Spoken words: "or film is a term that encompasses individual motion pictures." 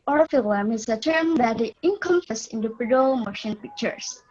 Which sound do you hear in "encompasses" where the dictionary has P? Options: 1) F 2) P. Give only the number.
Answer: 1